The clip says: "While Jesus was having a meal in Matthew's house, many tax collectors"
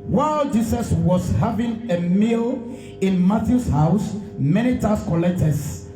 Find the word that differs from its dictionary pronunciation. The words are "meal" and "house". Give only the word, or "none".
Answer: none